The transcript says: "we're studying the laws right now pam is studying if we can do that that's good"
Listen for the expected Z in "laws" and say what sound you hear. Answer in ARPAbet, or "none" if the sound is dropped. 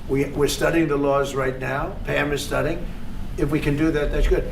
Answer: Z